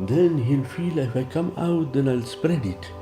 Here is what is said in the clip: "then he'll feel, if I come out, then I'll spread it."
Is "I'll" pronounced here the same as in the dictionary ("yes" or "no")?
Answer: yes